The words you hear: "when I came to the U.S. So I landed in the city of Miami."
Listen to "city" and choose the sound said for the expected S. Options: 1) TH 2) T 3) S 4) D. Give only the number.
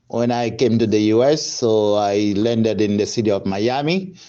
3